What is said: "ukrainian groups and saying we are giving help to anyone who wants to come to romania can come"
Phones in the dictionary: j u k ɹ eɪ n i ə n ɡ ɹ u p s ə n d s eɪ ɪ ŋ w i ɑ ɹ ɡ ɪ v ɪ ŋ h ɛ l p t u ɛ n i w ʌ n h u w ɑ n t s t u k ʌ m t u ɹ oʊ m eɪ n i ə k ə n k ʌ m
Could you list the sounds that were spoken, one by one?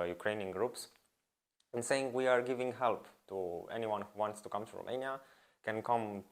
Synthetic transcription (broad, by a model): j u k ɹ eɪ n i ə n ɡ ɹ u p s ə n s eɪ ɪ ŋ w i ɑ ɹ ɡ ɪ v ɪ ŋ h ɛ l p t u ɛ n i w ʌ n h u w ɑ n t s t u k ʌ m t u ɹ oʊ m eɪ n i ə k ə n k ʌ m